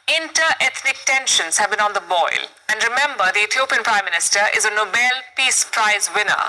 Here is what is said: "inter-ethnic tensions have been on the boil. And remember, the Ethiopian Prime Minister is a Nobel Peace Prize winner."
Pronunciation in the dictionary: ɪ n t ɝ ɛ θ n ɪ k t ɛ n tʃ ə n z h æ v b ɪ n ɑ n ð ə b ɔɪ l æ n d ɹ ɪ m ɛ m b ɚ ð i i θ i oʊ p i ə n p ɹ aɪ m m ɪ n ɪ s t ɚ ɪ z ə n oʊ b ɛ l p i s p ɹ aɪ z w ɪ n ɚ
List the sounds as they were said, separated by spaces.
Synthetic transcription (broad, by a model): ɪ n t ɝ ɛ t n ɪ k t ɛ n ʃ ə n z h æ v b ɪ n ɑ n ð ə b ɔɪ l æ n d ɹ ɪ m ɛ m b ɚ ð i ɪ t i oʊ p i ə n p ɹ aɪ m m ɪ n ɪ s t ɚ ɪ z ə n oʊ b ɛ l p i s p ɹ aɪ z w ɪ n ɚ